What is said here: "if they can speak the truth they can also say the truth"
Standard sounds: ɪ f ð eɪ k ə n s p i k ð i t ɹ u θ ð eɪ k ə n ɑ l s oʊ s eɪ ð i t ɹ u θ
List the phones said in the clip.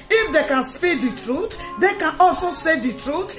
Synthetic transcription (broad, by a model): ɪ f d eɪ k ə n s p i k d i t ɹ u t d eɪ k ə n ɑ l s oʊ s eɪ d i t ɹ u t